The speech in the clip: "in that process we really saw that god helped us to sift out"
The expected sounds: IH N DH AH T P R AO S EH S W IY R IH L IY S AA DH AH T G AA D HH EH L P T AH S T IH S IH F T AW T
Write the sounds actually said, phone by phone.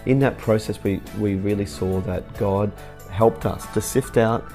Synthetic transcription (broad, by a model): IH N DH AH T P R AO S EH S W IY R IH L IY S AA DH AH T G AA D HH EH L P T AH S T IH S IH F T AW T